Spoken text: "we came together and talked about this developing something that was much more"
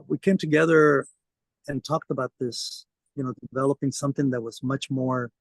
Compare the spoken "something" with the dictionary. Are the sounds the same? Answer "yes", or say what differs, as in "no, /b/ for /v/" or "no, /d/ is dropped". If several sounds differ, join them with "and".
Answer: yes